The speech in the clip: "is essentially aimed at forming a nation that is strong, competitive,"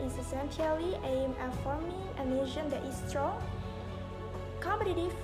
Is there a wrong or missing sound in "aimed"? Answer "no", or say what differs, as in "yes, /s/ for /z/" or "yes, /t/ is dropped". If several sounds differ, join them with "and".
yes, /d/ is dropped